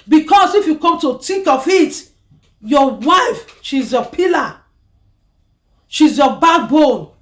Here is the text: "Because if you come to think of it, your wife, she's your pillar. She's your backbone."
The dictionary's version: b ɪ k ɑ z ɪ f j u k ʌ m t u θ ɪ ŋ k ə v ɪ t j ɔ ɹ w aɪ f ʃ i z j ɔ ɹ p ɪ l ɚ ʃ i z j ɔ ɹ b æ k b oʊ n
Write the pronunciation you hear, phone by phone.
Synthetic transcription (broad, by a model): b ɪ k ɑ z ɪ f j u k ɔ m t u t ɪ k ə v ɪ t j ɔ w aɪ f ʃ i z j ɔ p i l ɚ ʃ i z j ɔ b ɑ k b oʊ n